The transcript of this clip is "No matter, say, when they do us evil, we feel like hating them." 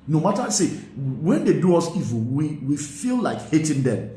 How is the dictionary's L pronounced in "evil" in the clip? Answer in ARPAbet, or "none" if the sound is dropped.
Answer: W